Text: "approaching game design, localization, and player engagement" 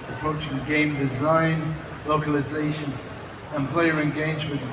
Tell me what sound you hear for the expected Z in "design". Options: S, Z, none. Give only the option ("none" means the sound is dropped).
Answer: Z